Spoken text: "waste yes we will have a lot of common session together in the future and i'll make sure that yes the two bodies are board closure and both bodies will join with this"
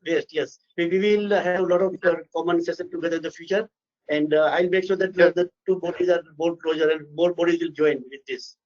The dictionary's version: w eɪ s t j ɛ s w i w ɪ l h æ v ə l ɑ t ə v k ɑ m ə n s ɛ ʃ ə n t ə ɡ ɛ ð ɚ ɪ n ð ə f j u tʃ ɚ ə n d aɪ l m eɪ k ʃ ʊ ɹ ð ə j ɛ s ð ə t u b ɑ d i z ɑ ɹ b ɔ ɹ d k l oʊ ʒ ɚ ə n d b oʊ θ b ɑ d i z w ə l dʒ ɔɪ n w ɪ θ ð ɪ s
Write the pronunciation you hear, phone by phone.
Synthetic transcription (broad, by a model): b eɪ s t j ɛ s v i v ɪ l h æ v ə l ɑ t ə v k ɑ m ə n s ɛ s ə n t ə ɡ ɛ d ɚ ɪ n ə f j u tʃ ɚ ə n d aɪ l m eɪ k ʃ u ɹ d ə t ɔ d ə t u b ɑ d i z ɑ ɹ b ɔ l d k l oʊ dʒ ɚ ə n d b oʊ b ɑ d i z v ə l dʒ ɔɪ n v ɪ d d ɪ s